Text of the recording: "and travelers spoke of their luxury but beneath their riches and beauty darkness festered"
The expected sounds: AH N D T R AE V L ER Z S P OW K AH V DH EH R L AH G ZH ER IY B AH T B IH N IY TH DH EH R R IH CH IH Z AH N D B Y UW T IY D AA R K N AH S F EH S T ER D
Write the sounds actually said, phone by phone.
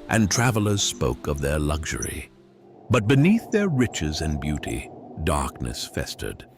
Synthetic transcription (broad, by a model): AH N T R AE V L ER Z S P OW K AH V DH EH R L AH G ZH ER IY B AH T B IH N IY TH DH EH R R IH CH IH Z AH N B Y UW T IY D AA R K N AH S F EH S T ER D